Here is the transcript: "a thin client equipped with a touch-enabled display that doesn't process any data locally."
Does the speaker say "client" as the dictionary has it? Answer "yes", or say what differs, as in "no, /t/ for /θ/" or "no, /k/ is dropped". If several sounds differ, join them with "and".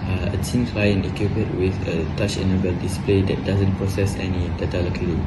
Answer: no, /t/ is dropped